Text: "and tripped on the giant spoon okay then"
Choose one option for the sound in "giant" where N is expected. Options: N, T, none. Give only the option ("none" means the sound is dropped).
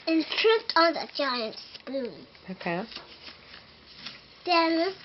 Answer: N